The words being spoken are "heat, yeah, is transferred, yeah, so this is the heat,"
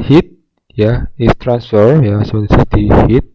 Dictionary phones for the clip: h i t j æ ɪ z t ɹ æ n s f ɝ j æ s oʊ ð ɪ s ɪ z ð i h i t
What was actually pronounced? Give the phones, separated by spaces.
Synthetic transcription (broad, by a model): h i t j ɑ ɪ s t ɹ æ n s f ɝ j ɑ s oʊ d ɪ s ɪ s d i h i t